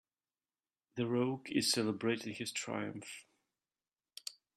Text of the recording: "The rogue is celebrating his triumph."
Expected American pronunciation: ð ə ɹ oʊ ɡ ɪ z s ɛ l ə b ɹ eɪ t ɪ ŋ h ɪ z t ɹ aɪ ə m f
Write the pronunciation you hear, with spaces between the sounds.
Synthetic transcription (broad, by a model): ð ə ɹ oʊ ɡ ɪ z s ɛ l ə b ɹ eɪ t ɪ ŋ h ɪ z t ɹ aɪ ə m f